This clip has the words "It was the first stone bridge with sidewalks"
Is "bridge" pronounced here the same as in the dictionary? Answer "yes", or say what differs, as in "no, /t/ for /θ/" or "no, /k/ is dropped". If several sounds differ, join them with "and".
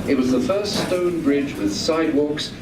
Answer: yes